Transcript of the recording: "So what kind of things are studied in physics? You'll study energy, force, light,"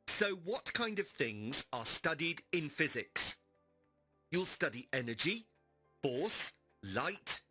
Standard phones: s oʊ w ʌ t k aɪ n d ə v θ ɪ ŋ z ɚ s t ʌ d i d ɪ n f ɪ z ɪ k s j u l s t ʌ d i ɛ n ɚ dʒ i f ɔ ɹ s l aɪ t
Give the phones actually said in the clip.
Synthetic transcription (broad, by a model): s oʊ w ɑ t k aɪ n d ə v θ ɪ ŋ z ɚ s t ʌ d i d ɪ n f ɪ z ɪ k s j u l s t ʌ d i ɛ n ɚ dʒ i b ɔ s l aɪ t